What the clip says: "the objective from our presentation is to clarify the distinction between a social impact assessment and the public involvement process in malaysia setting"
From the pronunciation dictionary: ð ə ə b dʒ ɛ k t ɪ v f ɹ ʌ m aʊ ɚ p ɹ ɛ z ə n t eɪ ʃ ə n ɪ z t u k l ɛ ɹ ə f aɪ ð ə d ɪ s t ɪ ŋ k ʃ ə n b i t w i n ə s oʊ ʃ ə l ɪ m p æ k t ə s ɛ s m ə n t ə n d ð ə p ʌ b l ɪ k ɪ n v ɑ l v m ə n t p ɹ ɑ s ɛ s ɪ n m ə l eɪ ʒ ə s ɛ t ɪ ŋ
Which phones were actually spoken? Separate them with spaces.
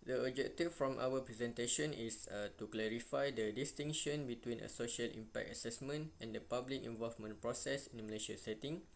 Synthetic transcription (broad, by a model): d ə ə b dʒ ɛ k t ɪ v f ɹ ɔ m aʊ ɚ p ɹ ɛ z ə n t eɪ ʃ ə n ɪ s t u k l ɛ ɹ ə f aɪ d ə d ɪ s t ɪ ŋ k ʃ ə n b i t w i n ə s oʊ ʃ ə l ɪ m p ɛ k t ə s ɛ s m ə n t ə n d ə p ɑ b l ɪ k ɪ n v ɑ l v m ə n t p ɹ ɑ s ɛ s ɪ n m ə l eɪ ʃ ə s ɛ t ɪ ŋ